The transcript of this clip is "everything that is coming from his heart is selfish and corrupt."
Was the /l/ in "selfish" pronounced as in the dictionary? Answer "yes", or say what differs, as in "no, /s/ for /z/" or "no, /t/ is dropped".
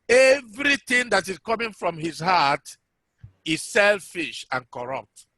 yes